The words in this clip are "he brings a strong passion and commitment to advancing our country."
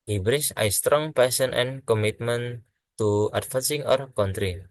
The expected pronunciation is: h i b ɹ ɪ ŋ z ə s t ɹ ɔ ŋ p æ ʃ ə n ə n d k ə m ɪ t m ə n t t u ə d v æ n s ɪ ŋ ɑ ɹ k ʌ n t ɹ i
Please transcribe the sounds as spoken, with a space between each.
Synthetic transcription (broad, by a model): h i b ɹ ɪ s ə s t ɹ ɔ ŋ p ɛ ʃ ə n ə n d k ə m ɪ t m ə n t t u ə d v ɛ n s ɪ ŋ ɑ ɹ k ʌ n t ɹ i